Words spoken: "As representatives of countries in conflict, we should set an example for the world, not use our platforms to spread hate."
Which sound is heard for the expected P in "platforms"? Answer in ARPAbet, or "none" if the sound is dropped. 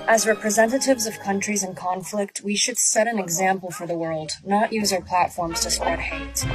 P